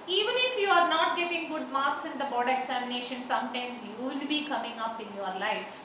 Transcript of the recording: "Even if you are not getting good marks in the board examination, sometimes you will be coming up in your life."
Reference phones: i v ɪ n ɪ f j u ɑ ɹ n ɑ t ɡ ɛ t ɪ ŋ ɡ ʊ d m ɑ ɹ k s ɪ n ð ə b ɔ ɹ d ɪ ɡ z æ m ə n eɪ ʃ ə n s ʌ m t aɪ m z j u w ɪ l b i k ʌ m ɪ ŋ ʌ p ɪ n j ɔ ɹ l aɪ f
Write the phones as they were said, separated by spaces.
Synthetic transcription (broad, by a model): i v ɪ n ɪ f j u ɑ ɹ n ɑ t ɡ ɛ t ɪ ŋ ɡ ʊ d m ɑ ɹ k s ɪ n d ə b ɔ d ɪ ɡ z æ m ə n eɪ ʃ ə n s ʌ m t aɪ m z j u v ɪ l b i k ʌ m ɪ ŋ ʌ p ɪ n j ɔ ɹ l aɪ f